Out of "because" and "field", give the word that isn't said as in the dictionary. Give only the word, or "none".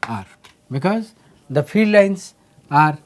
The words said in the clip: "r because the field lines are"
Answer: field